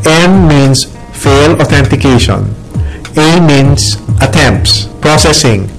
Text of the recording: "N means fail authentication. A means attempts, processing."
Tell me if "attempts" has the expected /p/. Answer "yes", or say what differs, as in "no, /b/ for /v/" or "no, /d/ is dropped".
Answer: yes